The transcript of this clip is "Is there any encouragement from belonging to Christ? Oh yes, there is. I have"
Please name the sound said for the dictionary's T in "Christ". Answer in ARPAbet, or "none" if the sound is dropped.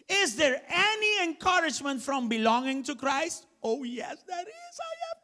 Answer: T